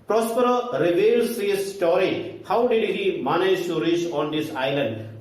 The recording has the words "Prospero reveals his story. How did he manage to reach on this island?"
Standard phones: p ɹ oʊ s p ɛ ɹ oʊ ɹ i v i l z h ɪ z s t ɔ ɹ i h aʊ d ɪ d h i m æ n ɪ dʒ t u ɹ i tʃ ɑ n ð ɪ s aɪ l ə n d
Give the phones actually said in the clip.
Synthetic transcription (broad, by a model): p ɹ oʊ s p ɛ ɹ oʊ ɹ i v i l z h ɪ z s t ɔ ɹ i h aʊ d ɪ d h i m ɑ n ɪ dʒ s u ɹ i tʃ ɑ n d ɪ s aɪ l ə n d